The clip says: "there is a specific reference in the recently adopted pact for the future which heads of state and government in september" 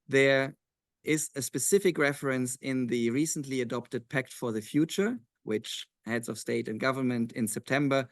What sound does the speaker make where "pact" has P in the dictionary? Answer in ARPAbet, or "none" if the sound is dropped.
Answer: P